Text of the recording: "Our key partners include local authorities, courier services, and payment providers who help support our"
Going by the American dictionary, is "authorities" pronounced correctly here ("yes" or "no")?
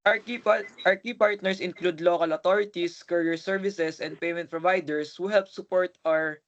no